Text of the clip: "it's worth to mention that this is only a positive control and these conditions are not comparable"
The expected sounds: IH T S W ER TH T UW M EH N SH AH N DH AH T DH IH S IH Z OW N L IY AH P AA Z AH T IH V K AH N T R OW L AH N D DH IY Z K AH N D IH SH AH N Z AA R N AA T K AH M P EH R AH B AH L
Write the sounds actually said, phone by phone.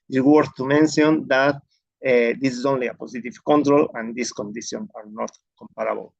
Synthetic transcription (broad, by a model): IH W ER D T UW M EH N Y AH N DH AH T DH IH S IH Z OW N L IY AH P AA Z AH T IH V K AH N T R OW L AH N D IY S K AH N D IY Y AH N AA R N AA T K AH M P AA R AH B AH L